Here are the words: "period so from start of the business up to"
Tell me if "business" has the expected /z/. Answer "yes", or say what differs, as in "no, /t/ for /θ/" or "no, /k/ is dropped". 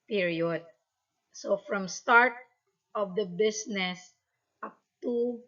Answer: no, /s/ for /z/